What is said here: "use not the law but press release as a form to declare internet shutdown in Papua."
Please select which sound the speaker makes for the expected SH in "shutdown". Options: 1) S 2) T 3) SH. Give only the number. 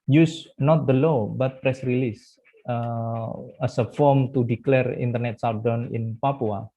1